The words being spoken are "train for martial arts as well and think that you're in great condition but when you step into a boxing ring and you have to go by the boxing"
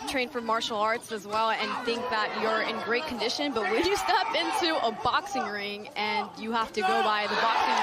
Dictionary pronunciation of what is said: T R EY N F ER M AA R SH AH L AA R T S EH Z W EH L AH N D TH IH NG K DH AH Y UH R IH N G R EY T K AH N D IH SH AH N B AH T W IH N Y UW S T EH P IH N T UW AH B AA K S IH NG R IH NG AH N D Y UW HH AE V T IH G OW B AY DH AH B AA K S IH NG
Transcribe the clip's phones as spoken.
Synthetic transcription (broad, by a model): T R EY N F ER M AA R SH L AA R T S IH Z W EH L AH N TH IH NG K DH AH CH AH R IH N G R EY T K N D IH SH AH N B AH T W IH L Y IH S T EH P IH N T UW AH B AA K S IH NG R IH NG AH N Y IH HH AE F T IH G OW B AY DH AH B AA K S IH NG